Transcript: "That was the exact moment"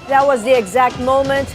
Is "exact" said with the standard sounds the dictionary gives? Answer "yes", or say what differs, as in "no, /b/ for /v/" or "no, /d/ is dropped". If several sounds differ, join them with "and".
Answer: yes